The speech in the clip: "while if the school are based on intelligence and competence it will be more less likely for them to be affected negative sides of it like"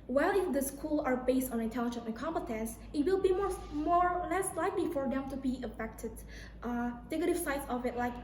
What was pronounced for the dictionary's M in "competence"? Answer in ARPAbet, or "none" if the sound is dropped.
M